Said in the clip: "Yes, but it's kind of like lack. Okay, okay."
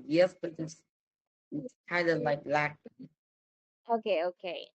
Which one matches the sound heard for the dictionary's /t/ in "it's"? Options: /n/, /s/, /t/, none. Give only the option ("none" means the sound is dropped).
/s/